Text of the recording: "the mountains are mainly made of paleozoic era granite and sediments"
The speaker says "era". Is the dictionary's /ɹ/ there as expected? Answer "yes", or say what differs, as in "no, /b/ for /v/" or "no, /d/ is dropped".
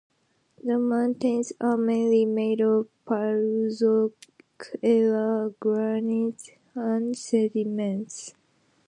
no, /l/ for /ɹ/